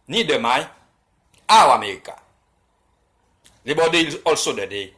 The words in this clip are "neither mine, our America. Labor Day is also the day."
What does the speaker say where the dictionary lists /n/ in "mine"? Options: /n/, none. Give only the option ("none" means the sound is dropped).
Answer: none